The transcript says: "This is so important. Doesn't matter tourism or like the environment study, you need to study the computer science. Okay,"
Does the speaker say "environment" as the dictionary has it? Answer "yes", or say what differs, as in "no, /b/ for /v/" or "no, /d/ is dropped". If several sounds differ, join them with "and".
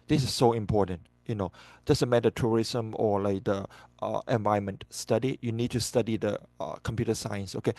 no, /ɹ/ is dropped